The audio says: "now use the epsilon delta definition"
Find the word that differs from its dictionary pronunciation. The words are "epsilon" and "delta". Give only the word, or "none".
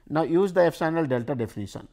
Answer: epsilon